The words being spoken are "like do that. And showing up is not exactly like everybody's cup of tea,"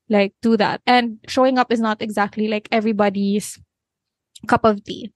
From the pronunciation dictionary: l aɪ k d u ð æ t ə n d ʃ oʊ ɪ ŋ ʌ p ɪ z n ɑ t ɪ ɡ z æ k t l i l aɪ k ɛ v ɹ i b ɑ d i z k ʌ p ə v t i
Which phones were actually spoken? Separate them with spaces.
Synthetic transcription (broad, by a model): l aɪ k d u ð æ t ə n d ʃ oʊ ɪ ŋ ʌ p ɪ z n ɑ t ɪ ɡ z æ k t l i l aɪ k ɛ v ɹ i b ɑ d i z k ʌ p ə v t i